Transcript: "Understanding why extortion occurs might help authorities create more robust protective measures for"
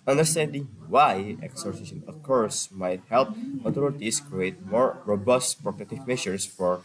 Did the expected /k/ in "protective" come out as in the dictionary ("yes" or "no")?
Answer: no